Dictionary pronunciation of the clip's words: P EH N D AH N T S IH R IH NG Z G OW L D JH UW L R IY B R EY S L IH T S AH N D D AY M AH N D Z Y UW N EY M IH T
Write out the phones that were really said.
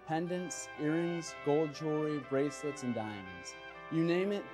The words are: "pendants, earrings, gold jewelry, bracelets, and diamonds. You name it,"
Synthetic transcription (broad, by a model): P EH N D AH N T S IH R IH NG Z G OW L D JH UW R IY B R EY S L IH T S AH N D D AY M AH N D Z Y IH N EY M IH T